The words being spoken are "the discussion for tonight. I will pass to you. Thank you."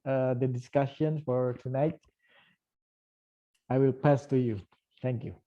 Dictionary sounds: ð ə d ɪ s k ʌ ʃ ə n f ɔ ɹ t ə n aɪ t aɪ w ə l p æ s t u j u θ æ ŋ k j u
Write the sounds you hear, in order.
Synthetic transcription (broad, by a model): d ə d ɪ s k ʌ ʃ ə n f ɔ ɹ t ə n aɪ t aɪ w ə l p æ s t u j u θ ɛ ŋ k j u